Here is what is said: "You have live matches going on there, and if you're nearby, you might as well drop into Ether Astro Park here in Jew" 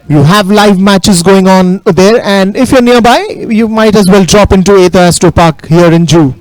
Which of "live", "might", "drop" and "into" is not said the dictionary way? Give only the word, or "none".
none